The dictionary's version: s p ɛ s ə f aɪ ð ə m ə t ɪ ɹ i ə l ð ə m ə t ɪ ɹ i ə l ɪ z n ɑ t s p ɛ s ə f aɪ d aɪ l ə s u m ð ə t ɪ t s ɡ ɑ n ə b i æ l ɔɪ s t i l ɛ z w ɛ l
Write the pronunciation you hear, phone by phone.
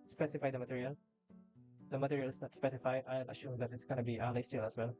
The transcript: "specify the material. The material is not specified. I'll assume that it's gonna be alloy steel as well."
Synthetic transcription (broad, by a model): s p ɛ s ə f aɪ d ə m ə t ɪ ɹ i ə l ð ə m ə t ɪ ɹ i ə l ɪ s n ɑ t s p ɛ s ə f aɪ d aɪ n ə ʃ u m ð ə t ɪ t s ɡ ɑ n ə b i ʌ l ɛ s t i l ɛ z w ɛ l